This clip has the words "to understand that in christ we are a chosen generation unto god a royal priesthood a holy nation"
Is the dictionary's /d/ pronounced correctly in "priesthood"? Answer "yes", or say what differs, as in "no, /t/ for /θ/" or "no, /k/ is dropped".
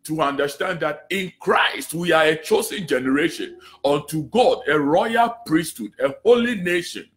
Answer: yes